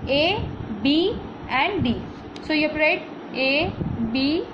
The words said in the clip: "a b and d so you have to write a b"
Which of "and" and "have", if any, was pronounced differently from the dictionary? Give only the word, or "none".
have